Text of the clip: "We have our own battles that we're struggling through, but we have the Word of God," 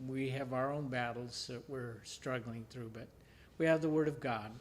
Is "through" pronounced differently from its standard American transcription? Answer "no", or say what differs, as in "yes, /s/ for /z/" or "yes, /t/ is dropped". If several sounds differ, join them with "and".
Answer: no